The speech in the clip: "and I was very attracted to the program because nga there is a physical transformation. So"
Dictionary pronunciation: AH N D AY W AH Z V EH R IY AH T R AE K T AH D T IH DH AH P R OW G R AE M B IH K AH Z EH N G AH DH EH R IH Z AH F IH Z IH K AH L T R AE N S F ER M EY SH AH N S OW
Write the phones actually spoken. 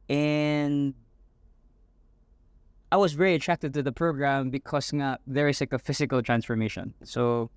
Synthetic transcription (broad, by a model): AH N AY W AH Z V EH R IY AH T R AE K T AH D T IH DH AH P R OW G R AE M B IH K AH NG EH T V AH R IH L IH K AH F IH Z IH K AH L T R AE N S F ER M EY SH AH N S OW